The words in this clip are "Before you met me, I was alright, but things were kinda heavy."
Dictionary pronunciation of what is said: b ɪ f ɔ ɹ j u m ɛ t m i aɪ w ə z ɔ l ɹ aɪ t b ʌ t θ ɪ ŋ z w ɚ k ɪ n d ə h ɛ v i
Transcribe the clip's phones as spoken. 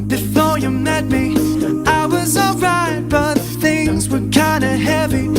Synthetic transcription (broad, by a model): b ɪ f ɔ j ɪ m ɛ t m i aɪ w ə z ɔ l ɹ aɪ t b ʌ t θ ɪ ŋ z w ɚ k ɪ n d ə h ɛ v i